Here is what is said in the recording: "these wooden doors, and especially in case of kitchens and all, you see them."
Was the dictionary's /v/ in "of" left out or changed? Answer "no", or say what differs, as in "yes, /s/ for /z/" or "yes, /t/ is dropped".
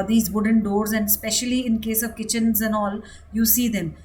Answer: no